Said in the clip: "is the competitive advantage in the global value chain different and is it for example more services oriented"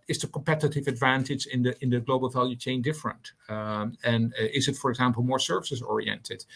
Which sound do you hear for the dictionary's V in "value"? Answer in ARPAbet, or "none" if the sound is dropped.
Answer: V